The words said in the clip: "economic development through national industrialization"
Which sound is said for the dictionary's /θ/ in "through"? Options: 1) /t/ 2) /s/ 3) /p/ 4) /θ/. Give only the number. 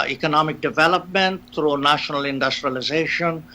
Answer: 1